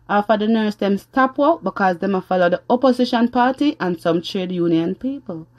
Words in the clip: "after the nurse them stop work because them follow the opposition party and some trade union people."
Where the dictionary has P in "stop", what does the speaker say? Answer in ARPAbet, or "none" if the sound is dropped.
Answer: P